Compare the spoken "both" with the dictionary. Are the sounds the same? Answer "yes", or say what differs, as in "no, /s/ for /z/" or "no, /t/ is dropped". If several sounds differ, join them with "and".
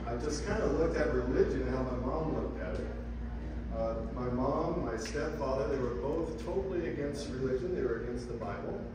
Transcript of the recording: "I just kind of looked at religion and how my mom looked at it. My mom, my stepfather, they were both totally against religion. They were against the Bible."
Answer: yes